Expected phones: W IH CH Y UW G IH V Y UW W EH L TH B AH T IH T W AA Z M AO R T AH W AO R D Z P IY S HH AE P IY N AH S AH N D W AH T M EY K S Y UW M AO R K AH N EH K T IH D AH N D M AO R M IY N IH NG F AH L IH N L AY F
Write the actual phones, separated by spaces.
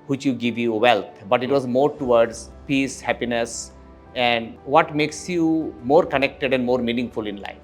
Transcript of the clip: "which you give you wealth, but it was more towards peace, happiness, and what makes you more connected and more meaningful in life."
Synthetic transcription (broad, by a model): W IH CH Y UW G IH V Y UW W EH L T B AH T IH T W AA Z M AO R T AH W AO R D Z P IY S HH AE P IY N AH S AH N D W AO T M EY K S Y UW M AO R K AH N EH K T IH D AH N D M AO R M IY N IH NG F AH L IH N L AY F